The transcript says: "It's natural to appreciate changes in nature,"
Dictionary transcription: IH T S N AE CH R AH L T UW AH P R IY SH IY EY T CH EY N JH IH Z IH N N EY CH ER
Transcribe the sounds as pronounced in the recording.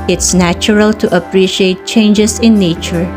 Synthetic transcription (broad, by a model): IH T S N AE CH R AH L T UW AH P R IY SH IY EY T CH EY N JH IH S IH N N EY CH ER